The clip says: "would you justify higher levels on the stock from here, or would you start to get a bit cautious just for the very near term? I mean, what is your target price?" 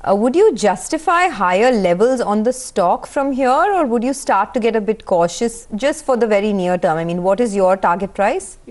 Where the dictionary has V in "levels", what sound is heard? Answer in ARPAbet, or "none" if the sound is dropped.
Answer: V